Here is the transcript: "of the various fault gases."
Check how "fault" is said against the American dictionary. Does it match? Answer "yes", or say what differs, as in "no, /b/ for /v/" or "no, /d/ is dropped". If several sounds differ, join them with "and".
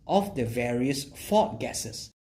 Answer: no, /l/ is dropped